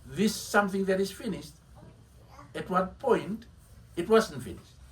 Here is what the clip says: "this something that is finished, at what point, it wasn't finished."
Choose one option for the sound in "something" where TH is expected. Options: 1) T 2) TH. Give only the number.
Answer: 2